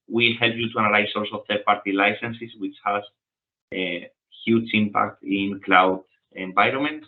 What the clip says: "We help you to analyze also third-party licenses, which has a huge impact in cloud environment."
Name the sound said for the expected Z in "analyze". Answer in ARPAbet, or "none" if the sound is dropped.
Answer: S